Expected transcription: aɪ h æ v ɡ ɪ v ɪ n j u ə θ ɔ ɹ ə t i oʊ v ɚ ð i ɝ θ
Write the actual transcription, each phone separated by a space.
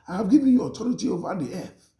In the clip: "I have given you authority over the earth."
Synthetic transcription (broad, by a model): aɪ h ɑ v ɡ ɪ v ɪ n j u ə t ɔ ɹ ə t i oʊ v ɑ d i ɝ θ